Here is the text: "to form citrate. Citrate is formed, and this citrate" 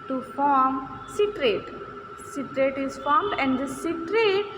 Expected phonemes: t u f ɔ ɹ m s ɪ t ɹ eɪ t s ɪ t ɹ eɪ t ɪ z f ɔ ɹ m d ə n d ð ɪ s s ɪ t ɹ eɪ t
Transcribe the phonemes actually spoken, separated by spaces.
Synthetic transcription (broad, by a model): t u f ɔ ɹ m s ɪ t ɹ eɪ t s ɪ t ɹ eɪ t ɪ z f ɔ ɹ m d ə n d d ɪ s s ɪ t ɹ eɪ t